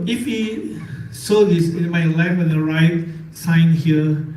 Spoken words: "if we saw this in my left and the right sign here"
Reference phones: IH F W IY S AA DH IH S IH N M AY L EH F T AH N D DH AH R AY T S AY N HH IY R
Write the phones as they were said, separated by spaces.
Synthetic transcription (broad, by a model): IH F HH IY S AA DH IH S IH N M AY L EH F AH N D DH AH R AY T S AY N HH IY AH